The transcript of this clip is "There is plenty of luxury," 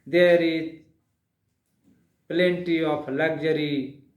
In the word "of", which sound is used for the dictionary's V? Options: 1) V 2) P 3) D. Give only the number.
2